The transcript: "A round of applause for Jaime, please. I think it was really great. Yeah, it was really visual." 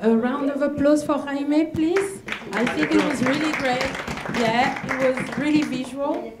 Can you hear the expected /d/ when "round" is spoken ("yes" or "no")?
yes